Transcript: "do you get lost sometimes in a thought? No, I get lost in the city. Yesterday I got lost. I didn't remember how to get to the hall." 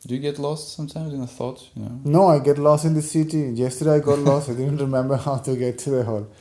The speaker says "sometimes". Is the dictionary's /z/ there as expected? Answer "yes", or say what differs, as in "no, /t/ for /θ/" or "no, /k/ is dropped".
yes